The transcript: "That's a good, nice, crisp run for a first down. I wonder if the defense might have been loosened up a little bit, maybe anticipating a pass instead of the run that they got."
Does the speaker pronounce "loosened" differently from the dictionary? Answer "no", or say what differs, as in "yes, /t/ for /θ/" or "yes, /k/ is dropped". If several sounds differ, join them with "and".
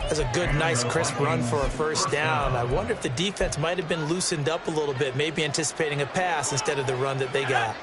no